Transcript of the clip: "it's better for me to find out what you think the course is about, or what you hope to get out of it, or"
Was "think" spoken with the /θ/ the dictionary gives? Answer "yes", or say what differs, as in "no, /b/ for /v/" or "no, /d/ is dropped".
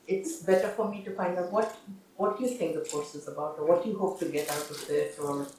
no, /t/ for /θ/